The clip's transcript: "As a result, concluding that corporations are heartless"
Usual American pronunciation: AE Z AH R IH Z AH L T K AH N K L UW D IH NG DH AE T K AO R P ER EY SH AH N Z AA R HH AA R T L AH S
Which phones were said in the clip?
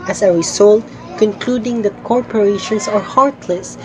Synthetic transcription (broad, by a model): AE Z AH R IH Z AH L T K AH N K L UW D IH NG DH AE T K AO R P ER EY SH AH N S AA R HH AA R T L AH S